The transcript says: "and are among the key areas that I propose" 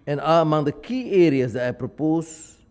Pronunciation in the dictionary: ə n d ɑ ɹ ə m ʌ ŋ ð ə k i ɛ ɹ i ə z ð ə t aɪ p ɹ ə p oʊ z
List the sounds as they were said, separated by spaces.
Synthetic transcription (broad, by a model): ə n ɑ l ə m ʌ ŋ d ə k i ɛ ɹ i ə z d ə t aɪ p ɹ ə p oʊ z